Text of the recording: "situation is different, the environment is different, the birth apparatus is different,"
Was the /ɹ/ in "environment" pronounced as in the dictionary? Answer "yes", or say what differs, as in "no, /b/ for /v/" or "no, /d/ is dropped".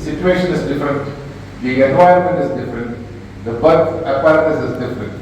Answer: no, /ɹ/ is dropped